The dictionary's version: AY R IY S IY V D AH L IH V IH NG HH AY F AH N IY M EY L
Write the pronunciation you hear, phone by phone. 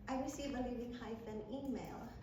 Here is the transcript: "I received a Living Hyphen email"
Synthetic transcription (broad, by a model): AY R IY S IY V AH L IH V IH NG HH AY F AH N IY M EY L